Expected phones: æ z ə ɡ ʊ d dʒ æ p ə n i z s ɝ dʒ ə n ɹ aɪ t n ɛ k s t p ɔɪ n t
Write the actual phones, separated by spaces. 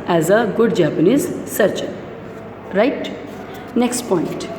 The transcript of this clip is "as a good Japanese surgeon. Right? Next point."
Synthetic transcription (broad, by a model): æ z ə ɡ ʊ d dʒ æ p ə n i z s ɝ tʃ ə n ɹ aɪ t n ɛ k s t p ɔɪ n t